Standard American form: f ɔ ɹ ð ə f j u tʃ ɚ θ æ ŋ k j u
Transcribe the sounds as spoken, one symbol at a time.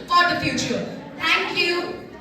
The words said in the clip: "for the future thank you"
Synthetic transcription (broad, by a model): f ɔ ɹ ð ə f j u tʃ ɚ t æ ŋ k j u